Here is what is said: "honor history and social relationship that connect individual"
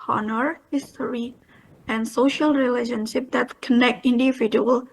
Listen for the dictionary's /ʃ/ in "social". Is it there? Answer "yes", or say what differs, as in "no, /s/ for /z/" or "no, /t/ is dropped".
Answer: yes